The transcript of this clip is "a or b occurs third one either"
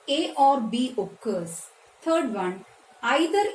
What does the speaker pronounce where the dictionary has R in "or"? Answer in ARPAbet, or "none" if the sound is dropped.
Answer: R